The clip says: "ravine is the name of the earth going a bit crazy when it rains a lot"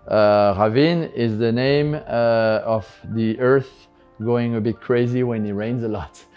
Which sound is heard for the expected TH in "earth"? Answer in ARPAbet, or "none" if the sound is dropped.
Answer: TH